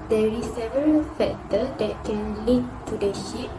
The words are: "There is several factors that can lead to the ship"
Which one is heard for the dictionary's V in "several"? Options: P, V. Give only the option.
V